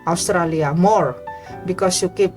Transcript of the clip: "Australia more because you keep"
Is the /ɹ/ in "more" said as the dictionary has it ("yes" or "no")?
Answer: yes